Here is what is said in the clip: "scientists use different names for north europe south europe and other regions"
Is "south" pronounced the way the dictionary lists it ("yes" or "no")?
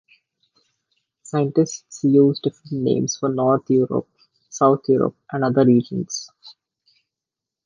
no